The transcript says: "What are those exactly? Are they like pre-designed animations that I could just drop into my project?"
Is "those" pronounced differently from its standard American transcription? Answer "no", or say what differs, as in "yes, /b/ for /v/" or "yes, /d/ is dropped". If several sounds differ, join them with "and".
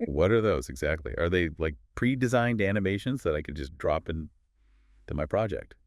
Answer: no